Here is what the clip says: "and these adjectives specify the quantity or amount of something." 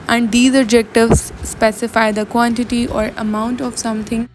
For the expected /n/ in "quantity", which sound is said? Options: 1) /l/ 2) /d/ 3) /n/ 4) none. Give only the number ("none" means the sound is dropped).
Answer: 3